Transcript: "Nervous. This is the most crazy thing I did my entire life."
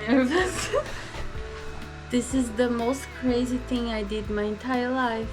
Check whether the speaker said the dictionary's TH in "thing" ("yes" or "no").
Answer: yes